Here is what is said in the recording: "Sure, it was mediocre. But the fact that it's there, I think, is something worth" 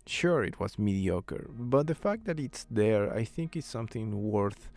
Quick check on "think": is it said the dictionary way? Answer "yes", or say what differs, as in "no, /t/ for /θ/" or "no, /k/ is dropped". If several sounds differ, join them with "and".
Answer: yes